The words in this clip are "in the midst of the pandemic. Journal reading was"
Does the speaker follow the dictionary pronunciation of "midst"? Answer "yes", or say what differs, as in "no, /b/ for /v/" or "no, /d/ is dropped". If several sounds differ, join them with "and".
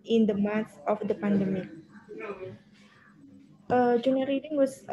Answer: no, /s/ is dropped